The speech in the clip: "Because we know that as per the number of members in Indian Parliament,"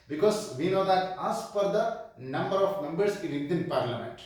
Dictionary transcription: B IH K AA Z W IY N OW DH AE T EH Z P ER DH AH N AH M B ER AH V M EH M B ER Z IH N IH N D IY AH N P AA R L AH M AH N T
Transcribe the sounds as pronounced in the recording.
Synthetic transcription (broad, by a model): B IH K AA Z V IY N OW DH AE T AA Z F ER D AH N AH M B ER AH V M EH M B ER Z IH L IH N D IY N P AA R L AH M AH N T